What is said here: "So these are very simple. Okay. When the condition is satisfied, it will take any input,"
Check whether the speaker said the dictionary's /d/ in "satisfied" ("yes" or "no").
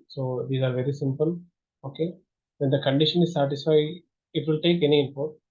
no